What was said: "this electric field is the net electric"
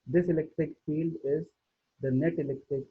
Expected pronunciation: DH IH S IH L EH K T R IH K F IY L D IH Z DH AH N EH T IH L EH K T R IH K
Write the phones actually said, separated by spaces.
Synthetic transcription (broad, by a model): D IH S IH L EH K T R IH K F IY L D IH Z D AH N EH T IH L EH K T R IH K